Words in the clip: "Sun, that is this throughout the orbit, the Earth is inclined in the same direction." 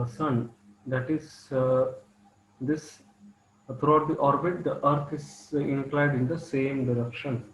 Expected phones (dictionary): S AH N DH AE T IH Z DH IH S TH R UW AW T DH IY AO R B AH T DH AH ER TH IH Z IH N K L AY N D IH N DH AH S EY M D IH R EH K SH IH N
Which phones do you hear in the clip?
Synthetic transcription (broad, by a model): S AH N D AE T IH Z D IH S T R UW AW T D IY AO R B AH T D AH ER T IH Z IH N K L AY D IH N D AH S EY M D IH R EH K SH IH N